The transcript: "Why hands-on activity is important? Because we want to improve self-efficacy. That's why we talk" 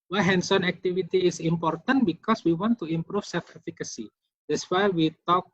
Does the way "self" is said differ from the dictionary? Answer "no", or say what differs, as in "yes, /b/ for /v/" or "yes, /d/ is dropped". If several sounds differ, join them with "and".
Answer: yes, /l/ is dropped